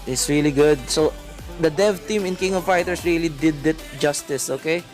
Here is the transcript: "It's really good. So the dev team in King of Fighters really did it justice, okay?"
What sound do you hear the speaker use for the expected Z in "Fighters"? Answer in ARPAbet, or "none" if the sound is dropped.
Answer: S